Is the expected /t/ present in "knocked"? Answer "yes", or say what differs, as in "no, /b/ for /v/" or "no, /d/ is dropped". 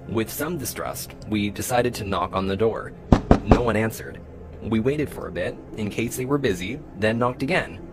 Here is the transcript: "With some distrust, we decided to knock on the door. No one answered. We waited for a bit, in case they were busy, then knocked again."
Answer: yes